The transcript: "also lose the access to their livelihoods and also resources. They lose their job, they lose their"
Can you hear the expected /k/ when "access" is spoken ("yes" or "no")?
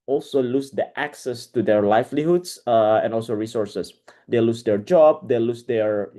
yes